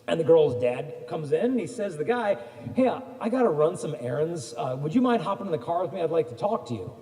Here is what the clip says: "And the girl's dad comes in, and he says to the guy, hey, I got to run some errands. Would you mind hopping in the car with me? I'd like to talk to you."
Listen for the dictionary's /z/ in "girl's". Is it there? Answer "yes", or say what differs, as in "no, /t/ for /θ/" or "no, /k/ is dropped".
yes